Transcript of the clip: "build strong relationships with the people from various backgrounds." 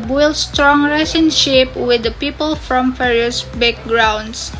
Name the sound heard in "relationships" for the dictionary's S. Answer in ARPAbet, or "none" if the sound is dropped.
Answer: none